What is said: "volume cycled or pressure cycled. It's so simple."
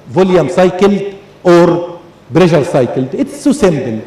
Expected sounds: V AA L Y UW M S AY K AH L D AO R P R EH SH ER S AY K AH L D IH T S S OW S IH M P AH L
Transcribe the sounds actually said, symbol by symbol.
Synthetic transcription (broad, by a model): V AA L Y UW M S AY K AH L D AO R B R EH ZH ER S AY K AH L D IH T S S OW S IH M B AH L